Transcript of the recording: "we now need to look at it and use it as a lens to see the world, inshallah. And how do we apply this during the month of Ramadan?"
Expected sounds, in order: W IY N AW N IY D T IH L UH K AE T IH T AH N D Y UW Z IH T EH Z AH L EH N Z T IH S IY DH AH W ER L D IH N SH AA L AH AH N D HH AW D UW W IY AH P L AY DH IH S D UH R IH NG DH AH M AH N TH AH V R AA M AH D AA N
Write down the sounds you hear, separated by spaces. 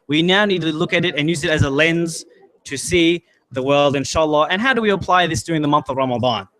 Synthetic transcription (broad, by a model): W IY N AW N IY D T IH L UH K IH T IH T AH N Y UW Z IH T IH Z AH L EH N Z T IH S IY DH AH W ER L D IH N SH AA L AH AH N HH AW D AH W IY AH P L AY DH IH S D UH R IH NG DH AH M AH N TH AH V R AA M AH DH AA N